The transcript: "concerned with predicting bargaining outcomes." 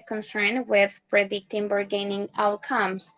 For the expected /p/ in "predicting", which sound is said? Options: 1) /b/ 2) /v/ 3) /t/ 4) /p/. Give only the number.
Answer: 1